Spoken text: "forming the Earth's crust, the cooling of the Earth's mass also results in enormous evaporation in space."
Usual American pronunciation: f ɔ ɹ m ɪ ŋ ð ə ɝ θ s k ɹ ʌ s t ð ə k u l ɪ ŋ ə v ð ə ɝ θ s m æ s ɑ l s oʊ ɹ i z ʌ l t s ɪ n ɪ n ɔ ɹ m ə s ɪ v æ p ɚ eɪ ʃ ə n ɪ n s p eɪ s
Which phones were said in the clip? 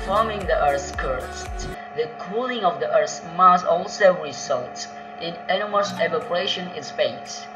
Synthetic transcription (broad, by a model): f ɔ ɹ m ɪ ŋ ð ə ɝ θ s k ʌ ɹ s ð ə k u l ɪ ŋ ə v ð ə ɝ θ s m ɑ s ɑ l s oʊ ɹ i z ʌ l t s ɪ n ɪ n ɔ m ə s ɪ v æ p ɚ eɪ ʃ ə n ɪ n s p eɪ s